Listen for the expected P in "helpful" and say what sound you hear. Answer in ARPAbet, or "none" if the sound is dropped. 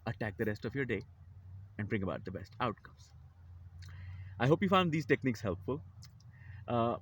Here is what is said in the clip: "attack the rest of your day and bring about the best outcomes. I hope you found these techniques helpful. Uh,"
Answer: P